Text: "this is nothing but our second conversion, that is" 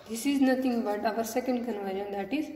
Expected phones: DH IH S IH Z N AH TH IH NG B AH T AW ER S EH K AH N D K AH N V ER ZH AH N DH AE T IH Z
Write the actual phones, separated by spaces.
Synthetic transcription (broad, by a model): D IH S IH Z N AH T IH NG B AH T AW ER S EH K AH N D K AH N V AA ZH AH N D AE T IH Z